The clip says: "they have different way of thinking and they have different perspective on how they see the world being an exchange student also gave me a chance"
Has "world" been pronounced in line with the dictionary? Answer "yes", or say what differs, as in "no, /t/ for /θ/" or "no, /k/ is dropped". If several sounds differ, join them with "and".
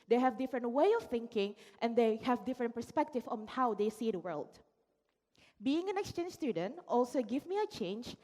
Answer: yes